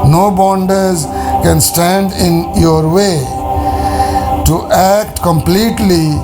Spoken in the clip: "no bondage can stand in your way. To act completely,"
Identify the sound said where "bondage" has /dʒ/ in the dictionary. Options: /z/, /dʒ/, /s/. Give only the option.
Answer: /z/